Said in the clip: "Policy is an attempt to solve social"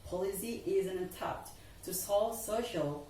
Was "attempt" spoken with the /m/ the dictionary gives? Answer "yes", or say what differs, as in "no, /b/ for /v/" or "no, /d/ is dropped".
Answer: no, /m/ is dropped